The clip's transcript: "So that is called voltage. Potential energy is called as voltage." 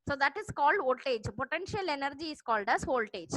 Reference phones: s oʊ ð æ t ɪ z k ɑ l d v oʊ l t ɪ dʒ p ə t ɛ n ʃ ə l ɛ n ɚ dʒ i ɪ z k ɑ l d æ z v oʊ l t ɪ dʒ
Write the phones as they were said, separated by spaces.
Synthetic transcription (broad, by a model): s oʊ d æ t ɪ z k ɑ l d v oʊ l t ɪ dʒ p ə t ɛ n ʃ ə l ɛ n ɚ dʒ i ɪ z k ɑ l d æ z oʊ l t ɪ dʒ